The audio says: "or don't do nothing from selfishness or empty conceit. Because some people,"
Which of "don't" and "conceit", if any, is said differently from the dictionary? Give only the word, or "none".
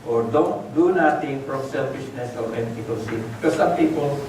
conceit